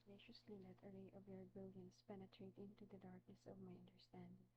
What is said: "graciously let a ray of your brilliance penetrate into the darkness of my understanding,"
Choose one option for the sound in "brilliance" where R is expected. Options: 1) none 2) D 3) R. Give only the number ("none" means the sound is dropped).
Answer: 1